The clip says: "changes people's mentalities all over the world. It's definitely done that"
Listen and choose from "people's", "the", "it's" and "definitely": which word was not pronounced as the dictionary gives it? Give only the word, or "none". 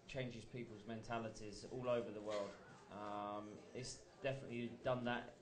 none